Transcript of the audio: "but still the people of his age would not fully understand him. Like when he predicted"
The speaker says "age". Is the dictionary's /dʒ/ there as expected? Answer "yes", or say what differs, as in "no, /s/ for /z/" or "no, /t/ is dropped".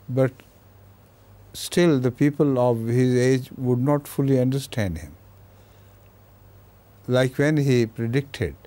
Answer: yes